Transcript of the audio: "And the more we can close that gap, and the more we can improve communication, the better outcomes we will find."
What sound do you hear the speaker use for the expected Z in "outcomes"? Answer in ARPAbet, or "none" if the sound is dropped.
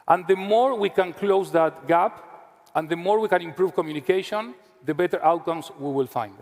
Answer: S